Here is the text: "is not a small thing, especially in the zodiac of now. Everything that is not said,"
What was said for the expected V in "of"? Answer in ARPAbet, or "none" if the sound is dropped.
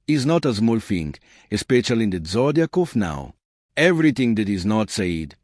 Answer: F